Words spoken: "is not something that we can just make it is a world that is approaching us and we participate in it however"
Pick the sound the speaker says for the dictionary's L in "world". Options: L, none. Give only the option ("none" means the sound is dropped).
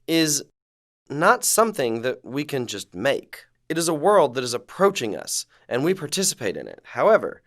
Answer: L